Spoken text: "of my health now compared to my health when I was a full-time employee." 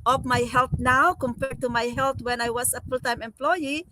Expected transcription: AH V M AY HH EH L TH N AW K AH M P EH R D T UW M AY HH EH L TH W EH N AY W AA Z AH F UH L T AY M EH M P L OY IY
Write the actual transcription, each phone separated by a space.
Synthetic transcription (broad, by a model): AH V M AY HH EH L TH N AW K AH M P EH R D T UW M AY HH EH L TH W EH N AY W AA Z AH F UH L T AY M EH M P L OY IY